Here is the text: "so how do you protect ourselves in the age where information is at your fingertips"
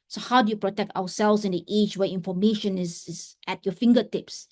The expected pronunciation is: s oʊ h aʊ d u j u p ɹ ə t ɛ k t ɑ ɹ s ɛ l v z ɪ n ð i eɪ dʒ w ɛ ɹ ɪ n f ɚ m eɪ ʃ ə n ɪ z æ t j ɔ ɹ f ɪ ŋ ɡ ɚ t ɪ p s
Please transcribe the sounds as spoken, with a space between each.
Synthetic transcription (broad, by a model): s oʊ h aʊ d u j u p ɹ ə t ɛ k t ɑ w s ɛ l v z ɪ n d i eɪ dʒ w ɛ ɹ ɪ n f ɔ m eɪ ʃ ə n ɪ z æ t j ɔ f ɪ ŋ ɡ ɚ t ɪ p s